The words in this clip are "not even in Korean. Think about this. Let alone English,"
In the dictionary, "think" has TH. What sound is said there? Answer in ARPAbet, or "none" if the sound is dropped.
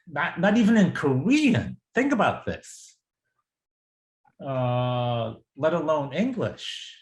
TH